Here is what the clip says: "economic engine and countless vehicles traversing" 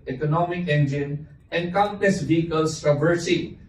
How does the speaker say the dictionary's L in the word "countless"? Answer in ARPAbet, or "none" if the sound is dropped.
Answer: none